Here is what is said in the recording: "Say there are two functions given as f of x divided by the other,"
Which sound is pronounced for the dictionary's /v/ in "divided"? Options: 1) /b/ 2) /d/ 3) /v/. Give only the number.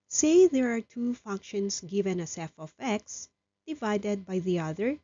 3